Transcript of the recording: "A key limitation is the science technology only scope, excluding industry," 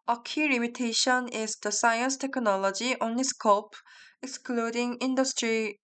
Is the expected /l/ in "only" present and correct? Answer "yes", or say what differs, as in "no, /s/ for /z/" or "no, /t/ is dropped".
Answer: no, /l/ is dropped